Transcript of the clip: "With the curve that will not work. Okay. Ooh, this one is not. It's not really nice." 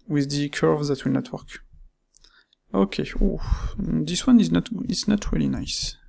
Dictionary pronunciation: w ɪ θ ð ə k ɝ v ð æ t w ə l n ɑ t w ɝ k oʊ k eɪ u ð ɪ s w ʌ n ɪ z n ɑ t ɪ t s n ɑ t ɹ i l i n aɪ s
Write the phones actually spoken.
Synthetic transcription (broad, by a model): w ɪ ð ə k ɝ v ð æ t w ə l n ɑ t w ɝ k oʊ k eɪ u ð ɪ s w ʌ n ɪ z n ɑ t ɪ t s n ɑ t ɹ i l i n aɪ s